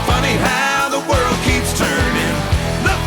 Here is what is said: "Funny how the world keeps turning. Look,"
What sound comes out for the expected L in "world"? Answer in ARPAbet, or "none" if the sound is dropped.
L